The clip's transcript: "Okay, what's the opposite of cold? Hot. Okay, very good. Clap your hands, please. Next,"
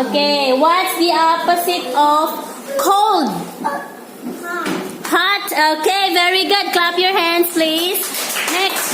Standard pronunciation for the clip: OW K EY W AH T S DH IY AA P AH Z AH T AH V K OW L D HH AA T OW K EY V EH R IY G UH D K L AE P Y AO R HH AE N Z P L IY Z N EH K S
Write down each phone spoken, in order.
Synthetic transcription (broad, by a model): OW K EY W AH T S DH IY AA P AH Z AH T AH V K OW L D HH AA T OW K EY V EH R IY G UH D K L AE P Y AO R HH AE N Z P L IY Z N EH K S